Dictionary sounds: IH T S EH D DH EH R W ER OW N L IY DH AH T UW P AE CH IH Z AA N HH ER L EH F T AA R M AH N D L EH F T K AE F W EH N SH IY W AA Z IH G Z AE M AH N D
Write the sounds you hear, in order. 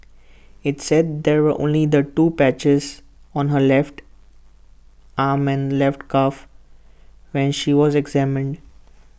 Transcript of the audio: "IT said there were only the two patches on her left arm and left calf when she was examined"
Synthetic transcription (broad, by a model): IH T S EH D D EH R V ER OW N L IY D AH T UW P AE CH IH Z AA N HH ER L EH F T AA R M AH N D L EH F T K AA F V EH N SH IY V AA Z IH G Z AE M AH N D